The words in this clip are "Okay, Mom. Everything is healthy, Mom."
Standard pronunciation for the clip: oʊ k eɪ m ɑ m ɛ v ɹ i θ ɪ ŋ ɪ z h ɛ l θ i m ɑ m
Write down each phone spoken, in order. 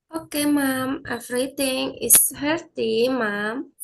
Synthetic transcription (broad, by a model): oʊ k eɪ m ɑ m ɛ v ɹ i t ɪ ŋ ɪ s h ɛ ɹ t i m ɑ m